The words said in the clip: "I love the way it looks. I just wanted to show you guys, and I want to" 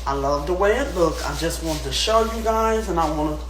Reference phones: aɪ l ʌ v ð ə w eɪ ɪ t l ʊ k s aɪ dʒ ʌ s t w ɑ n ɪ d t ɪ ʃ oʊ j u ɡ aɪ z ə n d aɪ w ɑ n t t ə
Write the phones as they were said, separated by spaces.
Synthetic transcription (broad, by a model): aɪ l ʌ v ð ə w eɪ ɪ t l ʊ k aɪ dʒ ʌ s t w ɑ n t ɪ ʃ oʊ j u ɡ aɪ z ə n aɪ w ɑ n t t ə